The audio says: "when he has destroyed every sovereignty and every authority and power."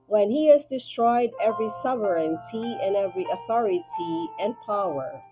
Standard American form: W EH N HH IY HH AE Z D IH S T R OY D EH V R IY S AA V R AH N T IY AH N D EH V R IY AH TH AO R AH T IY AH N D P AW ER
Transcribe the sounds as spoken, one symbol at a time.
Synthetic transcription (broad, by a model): W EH N HH IY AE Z D IH S T R OY D EH V R IY S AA V R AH N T IY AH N EH V R IY AH TH AO R AH T IY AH N P AW ER